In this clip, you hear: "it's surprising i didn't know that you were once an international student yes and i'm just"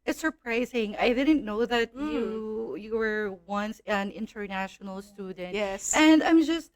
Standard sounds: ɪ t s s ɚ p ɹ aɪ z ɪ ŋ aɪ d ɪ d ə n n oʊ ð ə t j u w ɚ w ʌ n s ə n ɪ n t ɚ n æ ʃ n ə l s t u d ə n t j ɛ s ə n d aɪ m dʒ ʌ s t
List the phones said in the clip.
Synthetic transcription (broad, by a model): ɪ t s s ɚ p ɹ aɪ z ɪ ŋ aɪ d ɪ d n n oʊ ð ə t j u w ɚ w ʌ n s ə n ɪ n t ɚ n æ ʃ n l s t u d n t j ɛ s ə n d aɪ m dʒ ʌ s t